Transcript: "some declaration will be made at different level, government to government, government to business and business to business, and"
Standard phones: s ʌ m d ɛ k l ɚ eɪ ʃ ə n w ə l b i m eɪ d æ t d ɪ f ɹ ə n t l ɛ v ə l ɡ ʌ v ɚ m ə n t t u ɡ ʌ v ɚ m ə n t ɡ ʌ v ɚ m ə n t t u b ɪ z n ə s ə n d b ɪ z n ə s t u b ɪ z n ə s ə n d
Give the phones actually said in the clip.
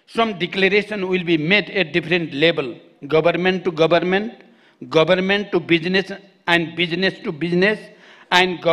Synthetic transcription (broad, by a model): s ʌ m d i k l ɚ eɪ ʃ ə n w ə l b i m eɪ d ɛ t d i p ɹ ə n t l ɛ b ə l ɡ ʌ b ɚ m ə n t t u ɡ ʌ b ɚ m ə n t ɡ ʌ b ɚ m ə n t t u b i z n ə s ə n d b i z n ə s t u b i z n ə s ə n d